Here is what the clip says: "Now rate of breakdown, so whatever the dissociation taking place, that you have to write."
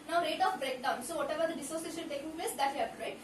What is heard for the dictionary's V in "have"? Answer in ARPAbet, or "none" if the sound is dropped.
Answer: P